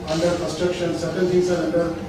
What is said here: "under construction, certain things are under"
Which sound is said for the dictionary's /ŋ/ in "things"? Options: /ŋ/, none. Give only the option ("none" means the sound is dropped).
none